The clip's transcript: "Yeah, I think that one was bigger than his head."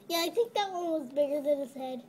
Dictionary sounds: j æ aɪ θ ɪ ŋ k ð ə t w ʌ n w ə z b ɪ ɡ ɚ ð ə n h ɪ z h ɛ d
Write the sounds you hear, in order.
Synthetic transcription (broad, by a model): j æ aɪ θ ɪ ŋ k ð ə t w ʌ l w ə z b ɪ ɡ ɚ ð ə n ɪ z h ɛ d